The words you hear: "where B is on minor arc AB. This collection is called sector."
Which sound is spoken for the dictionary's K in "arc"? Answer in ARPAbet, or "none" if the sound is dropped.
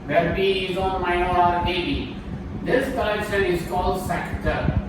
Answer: none